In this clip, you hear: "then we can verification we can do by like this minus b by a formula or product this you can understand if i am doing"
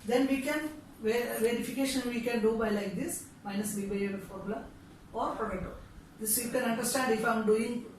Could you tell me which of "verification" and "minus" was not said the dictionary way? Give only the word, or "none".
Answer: none